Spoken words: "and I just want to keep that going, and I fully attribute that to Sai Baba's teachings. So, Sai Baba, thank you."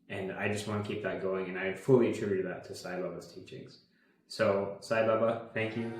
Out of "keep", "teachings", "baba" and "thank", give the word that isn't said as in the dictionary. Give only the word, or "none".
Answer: none